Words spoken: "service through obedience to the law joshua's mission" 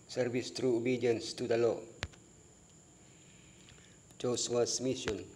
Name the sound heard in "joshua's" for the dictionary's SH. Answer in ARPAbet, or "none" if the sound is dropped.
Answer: S